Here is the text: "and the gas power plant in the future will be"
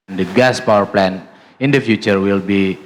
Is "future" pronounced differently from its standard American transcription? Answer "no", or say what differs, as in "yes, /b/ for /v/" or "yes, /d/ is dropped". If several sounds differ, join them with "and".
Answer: no